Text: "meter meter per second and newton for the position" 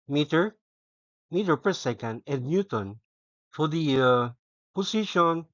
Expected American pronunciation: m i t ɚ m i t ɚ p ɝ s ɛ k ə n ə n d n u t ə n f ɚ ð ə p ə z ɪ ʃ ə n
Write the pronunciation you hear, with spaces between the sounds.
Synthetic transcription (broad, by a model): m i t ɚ m i t ɚ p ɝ s ɛ k ə n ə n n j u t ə n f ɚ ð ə p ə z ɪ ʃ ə n